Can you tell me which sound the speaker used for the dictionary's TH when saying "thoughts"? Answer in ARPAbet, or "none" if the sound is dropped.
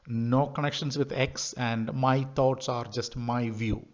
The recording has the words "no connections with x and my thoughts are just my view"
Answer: T